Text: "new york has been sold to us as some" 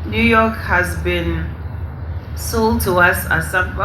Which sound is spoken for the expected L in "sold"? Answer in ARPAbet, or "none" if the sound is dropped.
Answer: L